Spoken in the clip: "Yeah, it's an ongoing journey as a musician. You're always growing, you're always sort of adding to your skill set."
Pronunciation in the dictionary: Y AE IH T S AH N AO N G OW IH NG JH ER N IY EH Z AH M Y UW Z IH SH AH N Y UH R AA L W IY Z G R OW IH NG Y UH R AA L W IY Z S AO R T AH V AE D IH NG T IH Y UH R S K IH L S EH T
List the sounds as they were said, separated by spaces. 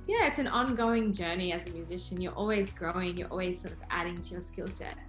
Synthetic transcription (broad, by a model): Y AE IH T S AH N AO N G OW IH NG JH ER N IY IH Z AH M Y UW Z IH SH AH N Y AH R AA L W IY Z G R OW IH NG Y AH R AA L W IY Z S AO R T AH V AE D IH NG T IH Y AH R S K IH L S EH T